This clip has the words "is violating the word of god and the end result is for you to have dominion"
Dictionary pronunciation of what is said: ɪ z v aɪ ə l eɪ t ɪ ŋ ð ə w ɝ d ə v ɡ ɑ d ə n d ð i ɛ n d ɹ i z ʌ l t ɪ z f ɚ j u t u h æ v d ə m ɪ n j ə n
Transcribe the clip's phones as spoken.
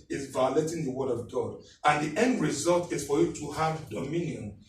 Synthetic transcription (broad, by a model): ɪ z v aɪ ə l eɪ t ɪ ŋ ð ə w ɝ d ə v ɡ ɑ d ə n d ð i ɛ n d ɹ i z ʌ l t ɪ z f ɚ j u t u h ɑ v d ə m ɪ n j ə n